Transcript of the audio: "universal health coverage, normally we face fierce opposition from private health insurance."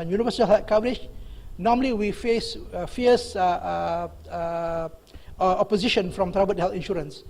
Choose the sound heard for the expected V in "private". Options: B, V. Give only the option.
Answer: B